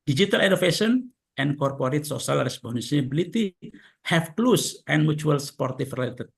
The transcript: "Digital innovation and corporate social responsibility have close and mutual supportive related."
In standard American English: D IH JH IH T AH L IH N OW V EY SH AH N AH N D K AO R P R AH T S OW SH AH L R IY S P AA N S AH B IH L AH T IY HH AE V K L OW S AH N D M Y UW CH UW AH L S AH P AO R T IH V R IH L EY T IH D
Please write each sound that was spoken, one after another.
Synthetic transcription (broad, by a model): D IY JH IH T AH L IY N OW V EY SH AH N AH N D K AO R P R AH T S OW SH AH L R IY S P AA N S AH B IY L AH T IY HH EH F K L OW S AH N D M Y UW CH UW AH L S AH P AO R T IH F R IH L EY T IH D